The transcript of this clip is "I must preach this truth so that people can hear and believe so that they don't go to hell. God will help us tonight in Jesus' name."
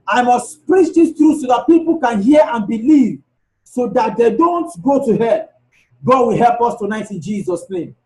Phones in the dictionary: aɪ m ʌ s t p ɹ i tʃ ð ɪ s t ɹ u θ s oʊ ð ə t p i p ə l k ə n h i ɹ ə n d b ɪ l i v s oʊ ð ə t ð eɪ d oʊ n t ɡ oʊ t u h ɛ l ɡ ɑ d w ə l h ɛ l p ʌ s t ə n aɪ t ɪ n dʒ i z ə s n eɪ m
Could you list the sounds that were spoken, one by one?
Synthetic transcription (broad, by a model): aɪ m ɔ s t p ɹ i tʃ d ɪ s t ɹ u s oʊ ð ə t p i p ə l k ə n h i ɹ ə n b ɪ l i v s oʊ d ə t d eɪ d oʊ n t ɡ oʊ t u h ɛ ɡ ɑ d w ə l h ɛ l p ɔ s t ə n aɪ t ɪ n dʒ i z ə s n eɪ m